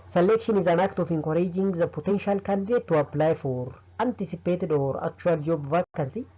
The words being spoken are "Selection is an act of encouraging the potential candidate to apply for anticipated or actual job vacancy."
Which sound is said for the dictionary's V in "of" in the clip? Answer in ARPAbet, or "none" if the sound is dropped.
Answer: F